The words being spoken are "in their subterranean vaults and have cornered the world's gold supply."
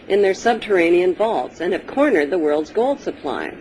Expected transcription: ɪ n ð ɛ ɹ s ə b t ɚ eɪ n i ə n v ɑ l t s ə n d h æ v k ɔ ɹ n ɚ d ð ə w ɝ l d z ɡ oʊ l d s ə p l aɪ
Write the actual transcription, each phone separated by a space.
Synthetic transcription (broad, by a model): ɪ n ð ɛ ɹ s ə b t ɚ eɪ n i ə n v ɑ l t s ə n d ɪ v k ɔ ɹ n ɚ d ð ə w ɝ l d z ɡ oʊ l d s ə p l aɪ